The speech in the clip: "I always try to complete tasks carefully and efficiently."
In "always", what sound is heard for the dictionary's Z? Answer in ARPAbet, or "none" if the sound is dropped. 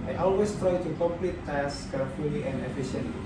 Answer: S